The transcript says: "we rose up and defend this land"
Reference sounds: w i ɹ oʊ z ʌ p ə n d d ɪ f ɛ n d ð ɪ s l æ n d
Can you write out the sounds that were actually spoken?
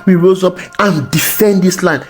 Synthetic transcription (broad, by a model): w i ɹ oʊ z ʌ p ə n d d ɪ f ɛ n d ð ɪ s l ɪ n